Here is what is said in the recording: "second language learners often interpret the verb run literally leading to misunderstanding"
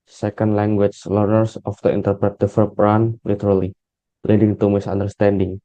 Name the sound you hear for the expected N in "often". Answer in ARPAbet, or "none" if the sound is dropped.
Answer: none